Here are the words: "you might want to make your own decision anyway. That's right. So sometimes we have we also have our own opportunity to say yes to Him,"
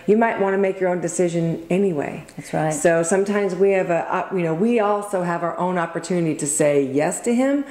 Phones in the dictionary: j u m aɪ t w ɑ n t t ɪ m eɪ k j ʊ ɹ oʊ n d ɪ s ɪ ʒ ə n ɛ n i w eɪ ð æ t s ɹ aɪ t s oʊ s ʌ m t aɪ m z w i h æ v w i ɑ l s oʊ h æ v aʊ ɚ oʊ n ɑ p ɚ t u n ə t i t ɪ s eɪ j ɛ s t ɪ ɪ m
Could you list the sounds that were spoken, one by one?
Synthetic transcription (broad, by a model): j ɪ m aɪ t w ɑ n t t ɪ m eɪ k j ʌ ɹ oʊ n d ɪ s ɪ ʒ ə n ɛ n i w eɪ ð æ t s ɹ aɪ t s oʊ s ʌ m t aɪ m z w i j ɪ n w i ɑ l s oʊ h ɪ v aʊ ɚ oʊ n ɑ p ɚ t u n ə t i t ɪ s eɪ j ɛ s t ɪ ɪ m